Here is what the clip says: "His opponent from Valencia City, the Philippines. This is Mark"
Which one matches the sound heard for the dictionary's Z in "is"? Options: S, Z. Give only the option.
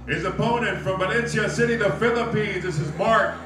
Z